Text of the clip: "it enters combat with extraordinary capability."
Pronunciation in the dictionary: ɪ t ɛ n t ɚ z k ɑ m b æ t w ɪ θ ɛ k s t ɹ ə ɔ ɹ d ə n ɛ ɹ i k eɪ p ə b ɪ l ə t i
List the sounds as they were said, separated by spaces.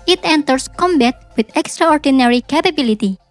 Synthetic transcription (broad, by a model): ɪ t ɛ n t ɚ s k ɑ m b æ t w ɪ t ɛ k s t ɹ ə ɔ ɹ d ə n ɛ ɹ i k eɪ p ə b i l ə t i